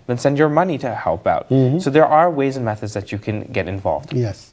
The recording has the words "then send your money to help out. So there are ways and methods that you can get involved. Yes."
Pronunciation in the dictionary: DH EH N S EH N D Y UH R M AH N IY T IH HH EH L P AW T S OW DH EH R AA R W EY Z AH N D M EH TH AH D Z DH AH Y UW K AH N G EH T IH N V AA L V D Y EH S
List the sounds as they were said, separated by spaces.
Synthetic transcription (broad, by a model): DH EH N S EH N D Y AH R M AH N IY T IH HH EH L P AW T S OW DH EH R AA R W EY Z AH N M EH TH AH D Z DH AH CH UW K AH N G EH T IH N V AA L V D Y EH S